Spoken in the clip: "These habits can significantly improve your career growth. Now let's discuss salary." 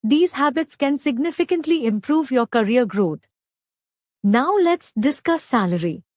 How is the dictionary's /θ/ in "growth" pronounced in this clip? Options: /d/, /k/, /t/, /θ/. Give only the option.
/t/